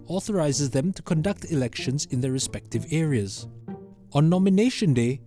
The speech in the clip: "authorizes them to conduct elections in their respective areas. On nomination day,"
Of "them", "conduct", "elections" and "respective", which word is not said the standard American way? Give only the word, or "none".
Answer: none